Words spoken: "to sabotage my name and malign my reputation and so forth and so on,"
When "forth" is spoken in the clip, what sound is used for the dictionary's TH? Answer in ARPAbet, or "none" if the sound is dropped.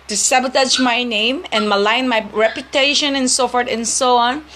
T